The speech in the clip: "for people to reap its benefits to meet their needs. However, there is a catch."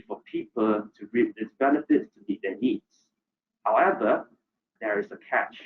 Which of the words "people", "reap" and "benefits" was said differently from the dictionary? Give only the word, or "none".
reap